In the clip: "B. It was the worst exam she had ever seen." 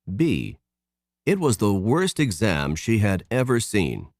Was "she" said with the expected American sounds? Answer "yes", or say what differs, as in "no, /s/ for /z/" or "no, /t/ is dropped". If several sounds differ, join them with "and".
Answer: yes